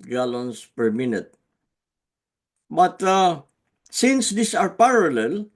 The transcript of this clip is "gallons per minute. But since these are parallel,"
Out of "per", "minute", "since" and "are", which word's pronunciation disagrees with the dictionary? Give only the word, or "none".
none